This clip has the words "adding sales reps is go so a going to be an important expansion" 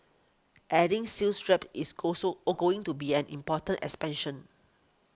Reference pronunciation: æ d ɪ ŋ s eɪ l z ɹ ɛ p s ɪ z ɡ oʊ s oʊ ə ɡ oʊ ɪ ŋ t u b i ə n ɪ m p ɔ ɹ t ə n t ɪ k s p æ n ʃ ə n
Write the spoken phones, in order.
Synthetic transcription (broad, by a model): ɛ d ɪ ŋ s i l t ɹ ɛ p ɪ s ɡ oʊ s oʊ ɡ oʊ ɪ ŋ t u b i ə n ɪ m p ɔ t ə n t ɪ k s p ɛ n ʃ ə n